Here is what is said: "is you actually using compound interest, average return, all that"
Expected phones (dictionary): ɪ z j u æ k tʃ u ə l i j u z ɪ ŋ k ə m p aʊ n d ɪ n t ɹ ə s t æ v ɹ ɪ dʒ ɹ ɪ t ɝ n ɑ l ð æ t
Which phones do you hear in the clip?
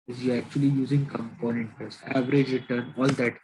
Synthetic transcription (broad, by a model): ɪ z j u æ k tʃ u ə l i j u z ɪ ŋ k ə m p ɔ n ɪ n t ə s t æ v ɹ ɪ dʒ ɹ ɪ t ɝ n ɑ l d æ t